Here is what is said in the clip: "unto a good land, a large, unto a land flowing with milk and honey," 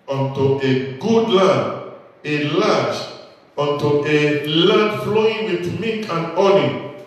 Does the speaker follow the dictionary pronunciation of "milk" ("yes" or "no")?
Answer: no